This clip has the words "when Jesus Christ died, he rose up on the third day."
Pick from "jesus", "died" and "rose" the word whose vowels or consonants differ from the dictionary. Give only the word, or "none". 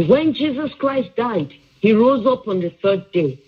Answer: none